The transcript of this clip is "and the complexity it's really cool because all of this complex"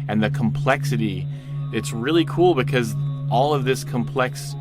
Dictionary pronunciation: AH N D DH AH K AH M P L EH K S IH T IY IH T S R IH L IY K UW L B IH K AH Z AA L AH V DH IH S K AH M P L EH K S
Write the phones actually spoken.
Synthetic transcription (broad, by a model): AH N DH AH K AH M P L EH K S IH T IY IH T S R IH L IY K UW L B IH K AH Z AA L AH V DH IH S K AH M P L EH K S